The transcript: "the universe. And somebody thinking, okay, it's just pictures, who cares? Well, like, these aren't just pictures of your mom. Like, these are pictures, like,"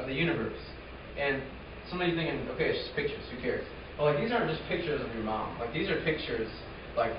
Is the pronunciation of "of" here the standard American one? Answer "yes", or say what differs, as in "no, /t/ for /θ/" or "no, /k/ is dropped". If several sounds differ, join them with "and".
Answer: yes